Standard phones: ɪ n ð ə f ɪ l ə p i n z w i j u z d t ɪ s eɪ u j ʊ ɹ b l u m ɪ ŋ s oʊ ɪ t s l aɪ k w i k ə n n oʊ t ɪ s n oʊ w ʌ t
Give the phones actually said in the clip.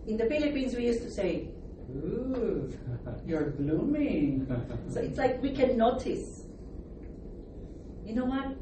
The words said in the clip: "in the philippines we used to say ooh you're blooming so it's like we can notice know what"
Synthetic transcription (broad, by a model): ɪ n ð ə f ɪ l ə p i n z w i j u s t ɪ s eɪ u j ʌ ɹ b l u m ɪ ŋ s oʊ ɪ t s l aɪ k w i k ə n n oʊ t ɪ s n oʊ w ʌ t